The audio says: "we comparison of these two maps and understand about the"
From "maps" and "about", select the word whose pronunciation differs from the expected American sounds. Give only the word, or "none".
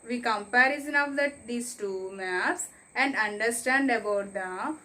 maps